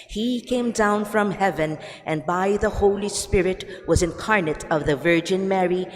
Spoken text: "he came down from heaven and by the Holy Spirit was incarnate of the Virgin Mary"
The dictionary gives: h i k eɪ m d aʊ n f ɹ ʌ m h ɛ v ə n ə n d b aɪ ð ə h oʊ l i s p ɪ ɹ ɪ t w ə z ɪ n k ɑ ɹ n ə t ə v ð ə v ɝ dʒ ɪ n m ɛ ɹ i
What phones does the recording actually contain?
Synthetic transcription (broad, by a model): h i k eɪ m d aʊ n f ɹ ʌ m h ɛ v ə n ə n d b aɪ ð ə h oʊ l i s p ɪ ɹ ɪ t w ə z ɪ n k ɑ ɹ n ə t ə v ð ə v ɝ dʒ ɪ n m ɛ ɹ i